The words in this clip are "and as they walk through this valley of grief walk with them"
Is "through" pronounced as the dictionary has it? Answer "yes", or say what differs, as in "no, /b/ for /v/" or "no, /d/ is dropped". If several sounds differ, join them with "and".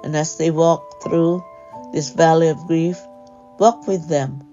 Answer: yes